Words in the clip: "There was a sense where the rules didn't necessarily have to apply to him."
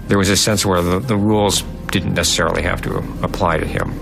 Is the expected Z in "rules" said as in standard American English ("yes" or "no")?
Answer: yes